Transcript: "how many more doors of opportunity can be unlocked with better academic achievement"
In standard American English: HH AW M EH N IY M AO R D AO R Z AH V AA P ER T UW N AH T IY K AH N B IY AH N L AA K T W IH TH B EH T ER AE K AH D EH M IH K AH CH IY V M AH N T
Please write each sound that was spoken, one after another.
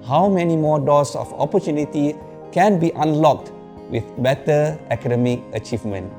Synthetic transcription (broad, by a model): HH AW M EH N IY M AO D AO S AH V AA P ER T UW N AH T IY K AH N B IY AH N L AA K T W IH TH B EH T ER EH K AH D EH M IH K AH CH IY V M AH N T